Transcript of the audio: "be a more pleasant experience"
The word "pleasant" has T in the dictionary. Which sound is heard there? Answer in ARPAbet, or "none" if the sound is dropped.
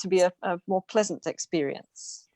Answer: T